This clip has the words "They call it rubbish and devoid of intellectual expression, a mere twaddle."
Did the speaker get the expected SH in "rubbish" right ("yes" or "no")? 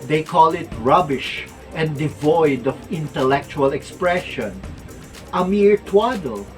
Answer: yes